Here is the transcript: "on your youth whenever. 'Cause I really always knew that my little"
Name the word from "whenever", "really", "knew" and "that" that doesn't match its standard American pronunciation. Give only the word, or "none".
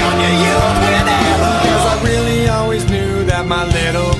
whenever